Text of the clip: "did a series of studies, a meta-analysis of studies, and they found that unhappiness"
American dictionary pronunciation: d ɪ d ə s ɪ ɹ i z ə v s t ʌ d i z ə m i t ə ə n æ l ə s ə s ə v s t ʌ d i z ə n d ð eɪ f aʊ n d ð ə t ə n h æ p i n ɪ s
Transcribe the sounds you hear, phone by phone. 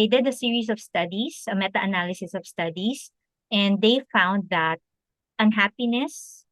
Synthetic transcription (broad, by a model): d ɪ d ə s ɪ ɹ i s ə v s t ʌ d i s ə m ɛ t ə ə n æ l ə s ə s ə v s t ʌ d i s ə n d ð eɪ f aʊ n d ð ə t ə n h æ p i n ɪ s